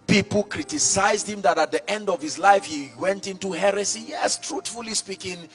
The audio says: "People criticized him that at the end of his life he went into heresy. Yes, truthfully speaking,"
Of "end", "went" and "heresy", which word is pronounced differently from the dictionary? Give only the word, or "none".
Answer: none